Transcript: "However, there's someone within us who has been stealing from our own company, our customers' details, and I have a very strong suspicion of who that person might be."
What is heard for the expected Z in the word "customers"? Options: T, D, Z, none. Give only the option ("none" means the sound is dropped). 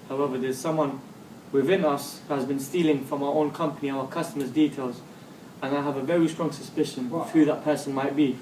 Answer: Z